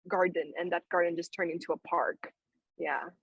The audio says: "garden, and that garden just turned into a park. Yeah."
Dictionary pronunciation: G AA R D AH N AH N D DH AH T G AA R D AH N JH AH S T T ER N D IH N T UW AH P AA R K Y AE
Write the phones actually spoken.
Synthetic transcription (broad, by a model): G AA R D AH N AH N DH AH T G AA R D N JH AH S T T ER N IH N T UW AH P AA R K Y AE